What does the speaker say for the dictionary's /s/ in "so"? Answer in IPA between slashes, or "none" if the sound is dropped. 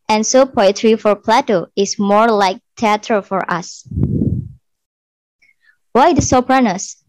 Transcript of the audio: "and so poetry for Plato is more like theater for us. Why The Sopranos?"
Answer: /s/